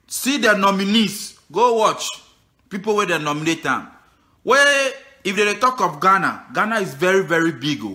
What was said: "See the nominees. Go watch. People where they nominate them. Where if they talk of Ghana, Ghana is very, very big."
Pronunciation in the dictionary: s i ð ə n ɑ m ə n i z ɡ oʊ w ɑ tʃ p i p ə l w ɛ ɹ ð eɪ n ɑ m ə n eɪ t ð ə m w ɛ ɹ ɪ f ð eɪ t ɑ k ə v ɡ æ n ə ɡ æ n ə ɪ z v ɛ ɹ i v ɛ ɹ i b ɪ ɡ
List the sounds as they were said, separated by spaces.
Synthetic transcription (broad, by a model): s i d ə n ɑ m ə n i s ɡ oʊ w ɑ tʃ p i p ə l w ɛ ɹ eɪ n ɑ m ə n eɪ t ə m w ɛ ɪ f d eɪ t ɑ k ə f ɡ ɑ n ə ɡ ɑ n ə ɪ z v ɛ ɹ i v ɛ ɹ i b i ɡ